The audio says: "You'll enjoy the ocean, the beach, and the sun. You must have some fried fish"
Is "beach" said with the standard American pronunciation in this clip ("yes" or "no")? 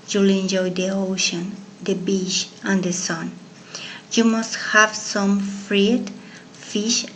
no